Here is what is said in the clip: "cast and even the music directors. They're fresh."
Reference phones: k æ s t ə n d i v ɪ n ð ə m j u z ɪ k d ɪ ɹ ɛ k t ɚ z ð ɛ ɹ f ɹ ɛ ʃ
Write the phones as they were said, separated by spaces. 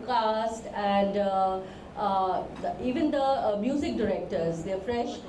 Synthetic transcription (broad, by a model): k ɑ s t ə n d i v ɪ n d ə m j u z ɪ k d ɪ ɹ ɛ k t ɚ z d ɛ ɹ f ɹ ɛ ʃ